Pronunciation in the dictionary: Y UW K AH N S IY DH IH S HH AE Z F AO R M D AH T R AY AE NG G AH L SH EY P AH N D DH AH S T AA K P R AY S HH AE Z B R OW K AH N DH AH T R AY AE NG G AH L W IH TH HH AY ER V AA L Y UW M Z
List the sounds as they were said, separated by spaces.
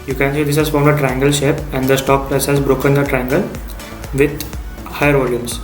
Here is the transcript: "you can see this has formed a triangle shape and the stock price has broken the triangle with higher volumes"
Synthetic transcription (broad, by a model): Y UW K AH N S IY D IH S HH AE Z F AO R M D AH T R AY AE NG G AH L SH EY P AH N D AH S T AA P L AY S HH AE Z B R OW K AH N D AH T R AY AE NG G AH L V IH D HH AY ER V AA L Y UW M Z